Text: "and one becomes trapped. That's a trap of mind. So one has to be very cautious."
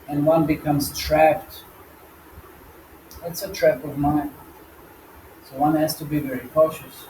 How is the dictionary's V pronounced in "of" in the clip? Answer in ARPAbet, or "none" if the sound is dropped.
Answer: V